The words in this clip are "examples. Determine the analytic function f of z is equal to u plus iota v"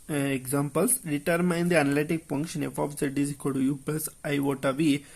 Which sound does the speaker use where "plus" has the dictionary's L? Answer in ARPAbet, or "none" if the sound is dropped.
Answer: none